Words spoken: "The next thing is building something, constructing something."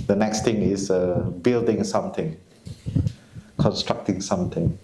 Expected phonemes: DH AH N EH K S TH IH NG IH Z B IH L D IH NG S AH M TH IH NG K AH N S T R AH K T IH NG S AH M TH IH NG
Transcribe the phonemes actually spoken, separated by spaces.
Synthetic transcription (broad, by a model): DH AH N EH K S T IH NG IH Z B IH L D IH NG S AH M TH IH NG K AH N S T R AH K T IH NG S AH M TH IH NG